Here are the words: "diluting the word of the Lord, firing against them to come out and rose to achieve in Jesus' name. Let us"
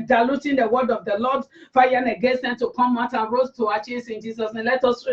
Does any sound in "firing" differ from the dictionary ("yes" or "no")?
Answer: yes